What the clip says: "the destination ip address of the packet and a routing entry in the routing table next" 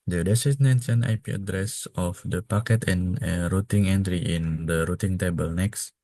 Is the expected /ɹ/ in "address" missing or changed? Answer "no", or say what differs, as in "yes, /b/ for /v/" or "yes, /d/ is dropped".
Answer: no